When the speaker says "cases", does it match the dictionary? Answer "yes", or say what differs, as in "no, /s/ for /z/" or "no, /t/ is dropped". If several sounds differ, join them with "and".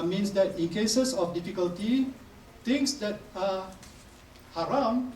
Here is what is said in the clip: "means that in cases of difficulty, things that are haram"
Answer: no, /s/ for /z/